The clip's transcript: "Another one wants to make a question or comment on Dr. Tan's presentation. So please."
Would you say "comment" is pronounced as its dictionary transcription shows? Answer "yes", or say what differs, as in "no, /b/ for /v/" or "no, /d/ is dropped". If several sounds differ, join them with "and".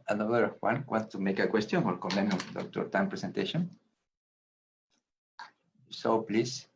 no, /t/ is dropped